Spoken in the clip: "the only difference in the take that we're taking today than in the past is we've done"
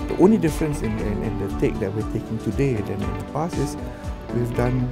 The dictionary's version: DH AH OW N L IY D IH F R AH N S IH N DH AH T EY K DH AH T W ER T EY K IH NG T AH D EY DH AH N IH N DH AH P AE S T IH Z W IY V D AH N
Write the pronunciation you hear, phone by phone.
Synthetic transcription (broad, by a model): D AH OW N L IY D IH F R AH N S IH N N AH T EY K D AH T W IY T EY K IH NG T AH D EY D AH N IH N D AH P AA S IH S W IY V D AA N